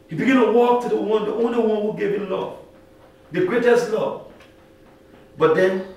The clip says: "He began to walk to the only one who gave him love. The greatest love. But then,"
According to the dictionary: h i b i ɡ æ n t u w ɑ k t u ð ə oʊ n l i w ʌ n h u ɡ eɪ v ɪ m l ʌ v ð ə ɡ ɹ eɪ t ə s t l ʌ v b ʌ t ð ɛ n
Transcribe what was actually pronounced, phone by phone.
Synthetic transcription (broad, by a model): h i b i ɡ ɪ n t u w ɑ k t u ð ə oʊ n l i w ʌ n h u ɡ eɪ v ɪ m l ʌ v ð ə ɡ ɹ eɪ t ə s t l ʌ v b ʌ t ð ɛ n